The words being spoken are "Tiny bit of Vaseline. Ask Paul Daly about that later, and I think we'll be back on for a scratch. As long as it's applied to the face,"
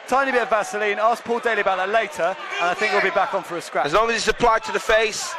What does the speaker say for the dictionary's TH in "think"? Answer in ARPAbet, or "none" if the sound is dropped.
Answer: TH